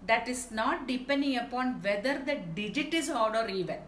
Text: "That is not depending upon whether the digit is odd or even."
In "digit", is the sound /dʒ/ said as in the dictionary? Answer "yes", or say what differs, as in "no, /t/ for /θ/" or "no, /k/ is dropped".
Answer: yes